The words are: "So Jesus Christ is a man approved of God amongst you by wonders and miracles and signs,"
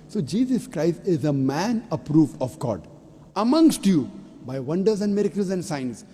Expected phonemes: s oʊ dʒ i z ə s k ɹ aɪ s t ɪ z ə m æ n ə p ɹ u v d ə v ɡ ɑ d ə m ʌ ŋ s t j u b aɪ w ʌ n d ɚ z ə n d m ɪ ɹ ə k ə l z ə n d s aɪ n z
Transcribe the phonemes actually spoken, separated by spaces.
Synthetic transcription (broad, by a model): s oʊ dʒ i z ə s k ɹ aɪ s t ɪ z ə m æ n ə p ɹ u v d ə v ɡ ɑ d ə m ʌ ŋ s t j u b aɪ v ʌ n d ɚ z ə n d m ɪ ɹ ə k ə l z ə n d s aɪ n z